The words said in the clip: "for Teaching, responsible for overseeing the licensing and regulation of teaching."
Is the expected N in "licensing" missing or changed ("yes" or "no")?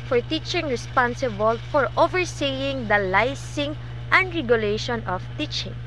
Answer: yes